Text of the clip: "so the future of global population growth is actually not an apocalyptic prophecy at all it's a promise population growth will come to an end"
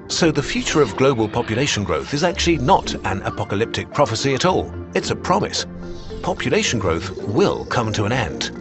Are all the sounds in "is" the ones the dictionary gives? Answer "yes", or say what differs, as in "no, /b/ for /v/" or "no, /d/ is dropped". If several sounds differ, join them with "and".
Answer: yes